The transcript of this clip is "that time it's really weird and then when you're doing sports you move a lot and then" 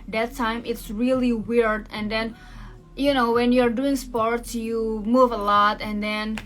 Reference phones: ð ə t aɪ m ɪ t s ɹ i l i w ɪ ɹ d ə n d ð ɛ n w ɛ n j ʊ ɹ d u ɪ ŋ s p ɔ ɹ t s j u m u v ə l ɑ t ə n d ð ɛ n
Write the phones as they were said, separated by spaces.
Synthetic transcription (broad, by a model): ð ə t aɪ m ɪ t s ɹ i l i w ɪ ɹ d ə n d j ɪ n w ɛ n j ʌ ɹ d u ɪ ŋ s p ɔ ɹ t s j u m u v ə l ɑ t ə n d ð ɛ n